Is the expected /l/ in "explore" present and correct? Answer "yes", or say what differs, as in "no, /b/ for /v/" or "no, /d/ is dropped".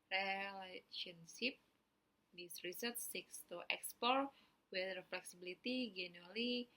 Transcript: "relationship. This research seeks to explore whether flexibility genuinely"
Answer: no, /l/ is dropped